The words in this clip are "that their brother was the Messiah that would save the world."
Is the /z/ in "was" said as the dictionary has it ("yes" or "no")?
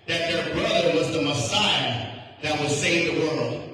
yes